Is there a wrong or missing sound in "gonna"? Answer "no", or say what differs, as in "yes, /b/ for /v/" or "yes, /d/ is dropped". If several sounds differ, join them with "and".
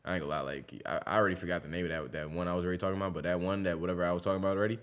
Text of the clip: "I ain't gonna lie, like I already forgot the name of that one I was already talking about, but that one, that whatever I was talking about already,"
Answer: yes, /l/ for /n/